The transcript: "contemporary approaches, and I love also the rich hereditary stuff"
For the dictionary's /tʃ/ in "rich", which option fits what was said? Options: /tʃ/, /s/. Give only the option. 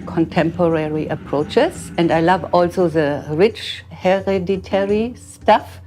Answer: /tʃ/